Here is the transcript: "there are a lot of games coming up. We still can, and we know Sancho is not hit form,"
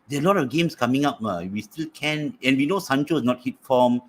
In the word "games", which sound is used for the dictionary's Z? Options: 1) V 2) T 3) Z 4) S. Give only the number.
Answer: 4